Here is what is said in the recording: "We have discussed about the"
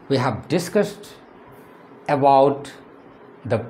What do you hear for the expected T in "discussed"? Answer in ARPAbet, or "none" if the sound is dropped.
T